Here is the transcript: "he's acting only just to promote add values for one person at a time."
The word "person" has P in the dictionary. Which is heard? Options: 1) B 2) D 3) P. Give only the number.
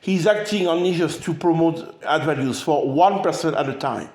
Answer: 3